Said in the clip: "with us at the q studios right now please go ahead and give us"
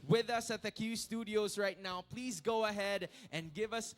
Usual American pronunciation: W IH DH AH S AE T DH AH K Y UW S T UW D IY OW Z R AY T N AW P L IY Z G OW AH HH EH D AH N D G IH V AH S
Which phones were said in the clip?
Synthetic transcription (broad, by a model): W IH DH AH S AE T DH AH K Y UW S T UW D IY OW Z R AY T N AW P L IY Z G OW AH HH EH D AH N G IH V AH S